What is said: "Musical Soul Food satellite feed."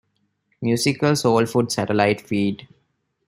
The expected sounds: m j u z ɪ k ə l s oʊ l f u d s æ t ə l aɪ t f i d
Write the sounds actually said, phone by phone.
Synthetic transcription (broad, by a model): m j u s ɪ k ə l s oʊ l f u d s æ t ə l aɪ t f i d